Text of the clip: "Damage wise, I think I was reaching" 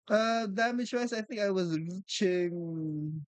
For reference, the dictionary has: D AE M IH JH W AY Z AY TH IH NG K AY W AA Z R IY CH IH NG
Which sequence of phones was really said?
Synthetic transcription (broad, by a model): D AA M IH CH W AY S AY TH IH NG K AY W AA Z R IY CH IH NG